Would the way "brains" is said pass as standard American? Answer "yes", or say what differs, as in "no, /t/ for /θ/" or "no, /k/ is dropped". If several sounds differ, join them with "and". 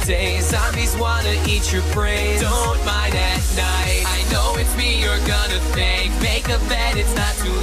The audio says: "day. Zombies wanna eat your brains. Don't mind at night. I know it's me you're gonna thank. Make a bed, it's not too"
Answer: no, /n/ is dropped